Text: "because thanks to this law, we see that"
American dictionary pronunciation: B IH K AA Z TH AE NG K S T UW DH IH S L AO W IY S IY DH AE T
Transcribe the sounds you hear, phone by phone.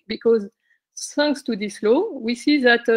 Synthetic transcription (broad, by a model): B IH K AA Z S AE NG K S T UW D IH S L AO W IY S IY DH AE T